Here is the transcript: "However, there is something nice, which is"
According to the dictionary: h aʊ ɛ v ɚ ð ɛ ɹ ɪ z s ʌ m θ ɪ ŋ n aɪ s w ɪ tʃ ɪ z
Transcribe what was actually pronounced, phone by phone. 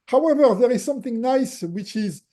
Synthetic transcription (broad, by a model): h aʊ ɛ v ɚ ð ɛ ɹ ɪ z s ʌ m θ ɪ ŋ n aɪ s w ɪ tʃ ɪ z